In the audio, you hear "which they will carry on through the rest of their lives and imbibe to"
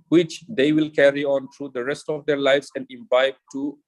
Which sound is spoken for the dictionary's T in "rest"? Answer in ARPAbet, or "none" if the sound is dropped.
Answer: T